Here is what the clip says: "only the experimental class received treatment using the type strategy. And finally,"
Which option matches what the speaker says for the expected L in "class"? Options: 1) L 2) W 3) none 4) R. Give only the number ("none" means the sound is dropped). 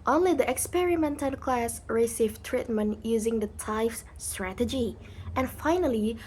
1